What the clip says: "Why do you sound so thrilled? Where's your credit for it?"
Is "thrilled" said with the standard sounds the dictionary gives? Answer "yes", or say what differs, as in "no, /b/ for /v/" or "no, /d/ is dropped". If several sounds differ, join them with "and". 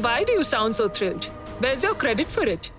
no, /t/ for /θ/